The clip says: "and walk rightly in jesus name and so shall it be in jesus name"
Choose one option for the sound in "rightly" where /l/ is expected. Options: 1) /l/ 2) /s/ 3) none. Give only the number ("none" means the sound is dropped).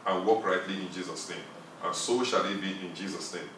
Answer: 1